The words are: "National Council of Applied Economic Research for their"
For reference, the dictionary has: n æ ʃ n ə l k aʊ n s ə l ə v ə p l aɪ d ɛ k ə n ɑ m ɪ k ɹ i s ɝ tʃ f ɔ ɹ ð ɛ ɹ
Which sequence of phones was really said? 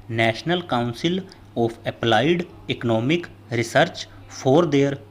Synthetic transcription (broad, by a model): n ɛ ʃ n ə l k aʊ n s ə l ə p ə p l aɪ d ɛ k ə n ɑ m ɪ k ɹ i s ɝ tʃ p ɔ ɹ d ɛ ɹ